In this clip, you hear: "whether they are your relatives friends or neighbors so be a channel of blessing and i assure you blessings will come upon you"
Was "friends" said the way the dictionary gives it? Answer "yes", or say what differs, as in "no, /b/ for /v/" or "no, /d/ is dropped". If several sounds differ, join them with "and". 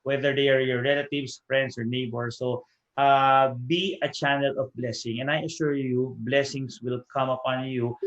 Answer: no, /s/ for /z/